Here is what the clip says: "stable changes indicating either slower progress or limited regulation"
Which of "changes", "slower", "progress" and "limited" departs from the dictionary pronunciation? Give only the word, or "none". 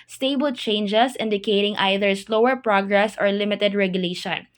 changes